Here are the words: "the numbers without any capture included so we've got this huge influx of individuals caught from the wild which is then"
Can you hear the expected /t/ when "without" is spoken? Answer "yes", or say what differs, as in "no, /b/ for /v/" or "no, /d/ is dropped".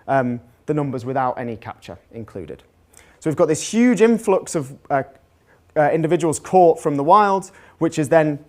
yes